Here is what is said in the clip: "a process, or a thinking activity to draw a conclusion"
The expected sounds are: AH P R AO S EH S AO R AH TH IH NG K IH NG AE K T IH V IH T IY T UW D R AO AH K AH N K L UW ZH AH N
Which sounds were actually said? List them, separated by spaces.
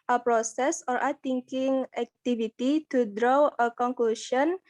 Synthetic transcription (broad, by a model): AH P R AO S EH S AO R AH T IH NG K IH NG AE K T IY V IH T IY T UW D R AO AH K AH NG K L UW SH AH N